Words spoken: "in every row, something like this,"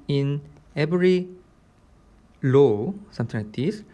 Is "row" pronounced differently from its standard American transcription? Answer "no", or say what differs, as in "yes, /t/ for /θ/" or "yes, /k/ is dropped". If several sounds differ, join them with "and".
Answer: yes, /l/ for /ɹ/